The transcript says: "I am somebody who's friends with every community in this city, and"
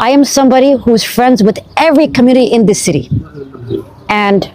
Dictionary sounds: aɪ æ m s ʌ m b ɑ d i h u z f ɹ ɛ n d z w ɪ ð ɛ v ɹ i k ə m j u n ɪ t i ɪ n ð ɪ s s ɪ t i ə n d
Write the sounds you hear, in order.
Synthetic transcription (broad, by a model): aɪ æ m s ʌ m b ɑ d i h u z f ɹ ɛ n d z w ɪ ð ɛ v ɹ i k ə m j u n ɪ t i ɪ n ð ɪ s s ɪ t i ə n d